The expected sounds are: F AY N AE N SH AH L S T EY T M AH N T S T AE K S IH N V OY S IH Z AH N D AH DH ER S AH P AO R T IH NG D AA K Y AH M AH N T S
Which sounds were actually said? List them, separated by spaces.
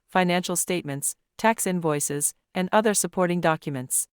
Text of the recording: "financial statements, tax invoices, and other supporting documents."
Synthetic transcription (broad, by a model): F AY N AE N SH L S T EY T M AH N T S T AE K S IH N V OY S IH Z AH N D AH DH ER S AH P AO R T IH NG D AA K Y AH M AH N T S